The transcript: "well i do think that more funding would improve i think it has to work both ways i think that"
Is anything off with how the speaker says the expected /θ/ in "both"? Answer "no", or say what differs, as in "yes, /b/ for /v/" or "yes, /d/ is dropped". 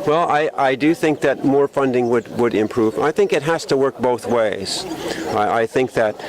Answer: no